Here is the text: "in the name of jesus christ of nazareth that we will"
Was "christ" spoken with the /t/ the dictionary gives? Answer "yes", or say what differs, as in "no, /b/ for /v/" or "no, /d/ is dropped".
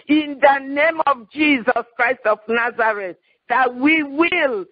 yes